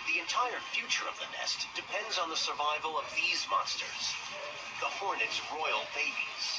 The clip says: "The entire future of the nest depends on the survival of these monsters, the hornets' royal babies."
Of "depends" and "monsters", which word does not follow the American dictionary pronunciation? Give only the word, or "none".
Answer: none